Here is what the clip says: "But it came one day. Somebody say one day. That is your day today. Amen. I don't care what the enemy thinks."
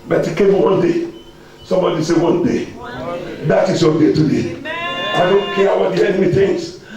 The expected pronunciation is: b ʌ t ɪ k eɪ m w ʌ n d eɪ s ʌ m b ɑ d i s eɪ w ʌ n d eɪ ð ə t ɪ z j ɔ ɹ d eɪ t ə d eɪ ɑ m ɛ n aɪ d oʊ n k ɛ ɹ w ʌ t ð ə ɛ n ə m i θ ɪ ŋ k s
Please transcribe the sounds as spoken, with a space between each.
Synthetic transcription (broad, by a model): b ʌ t ɪ k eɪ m w ʌ n d eɪ s ʌ m b ɑ d i s eɪ w ʌ n d eɪ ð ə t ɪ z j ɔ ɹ d eɪ t ə d eɪ ɑ ɪ d oʊ n k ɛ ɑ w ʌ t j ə ɛ n ə m i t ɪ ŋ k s